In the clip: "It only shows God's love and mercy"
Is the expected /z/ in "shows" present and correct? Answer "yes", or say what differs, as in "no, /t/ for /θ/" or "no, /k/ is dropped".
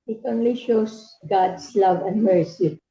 no, /s/ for /z/